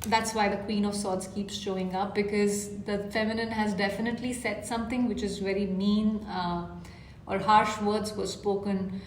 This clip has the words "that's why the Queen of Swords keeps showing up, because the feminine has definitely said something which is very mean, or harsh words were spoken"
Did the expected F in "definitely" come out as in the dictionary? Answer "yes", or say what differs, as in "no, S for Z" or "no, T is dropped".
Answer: yes